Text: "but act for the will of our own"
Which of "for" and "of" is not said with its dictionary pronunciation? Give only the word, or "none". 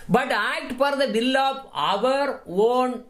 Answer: none